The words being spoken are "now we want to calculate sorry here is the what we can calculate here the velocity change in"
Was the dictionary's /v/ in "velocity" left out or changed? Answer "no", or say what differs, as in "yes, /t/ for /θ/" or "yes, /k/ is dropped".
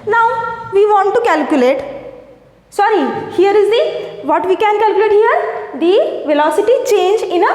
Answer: no